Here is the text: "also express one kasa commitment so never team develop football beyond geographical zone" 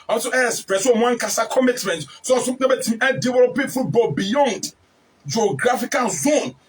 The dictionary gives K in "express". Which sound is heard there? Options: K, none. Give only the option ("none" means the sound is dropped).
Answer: none